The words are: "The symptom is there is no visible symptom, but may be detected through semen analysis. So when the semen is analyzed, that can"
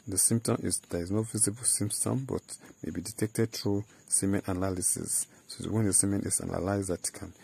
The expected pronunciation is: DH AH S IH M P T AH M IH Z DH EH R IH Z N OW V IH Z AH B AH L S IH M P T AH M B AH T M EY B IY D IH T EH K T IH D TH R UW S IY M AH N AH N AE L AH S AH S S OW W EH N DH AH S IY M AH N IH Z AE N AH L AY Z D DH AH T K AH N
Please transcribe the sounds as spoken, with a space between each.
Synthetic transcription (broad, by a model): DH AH S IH M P T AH M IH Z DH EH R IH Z N OW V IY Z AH B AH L S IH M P T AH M B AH T M EY B IY D IH T EH K T IH D T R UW S IY M AH N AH N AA L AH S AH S S OW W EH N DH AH S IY M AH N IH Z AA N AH L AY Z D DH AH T K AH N